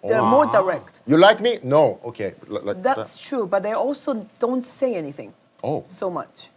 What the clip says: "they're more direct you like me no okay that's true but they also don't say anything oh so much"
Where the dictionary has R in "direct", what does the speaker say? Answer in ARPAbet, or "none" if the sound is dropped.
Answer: R